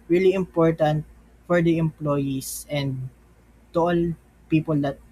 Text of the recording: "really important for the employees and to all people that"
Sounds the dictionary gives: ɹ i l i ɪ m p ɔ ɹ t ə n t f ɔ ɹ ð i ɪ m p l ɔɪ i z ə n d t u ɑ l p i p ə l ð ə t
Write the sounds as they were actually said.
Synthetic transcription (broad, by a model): ɹ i l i ɪ m p ɔ ɹ t ə n t f ɔ ɹ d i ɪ m p l ɔɪ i s ə n d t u ɑ l p i p ə l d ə t